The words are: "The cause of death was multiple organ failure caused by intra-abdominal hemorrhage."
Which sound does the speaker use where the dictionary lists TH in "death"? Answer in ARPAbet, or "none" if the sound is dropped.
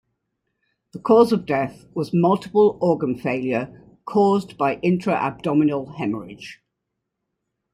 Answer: TH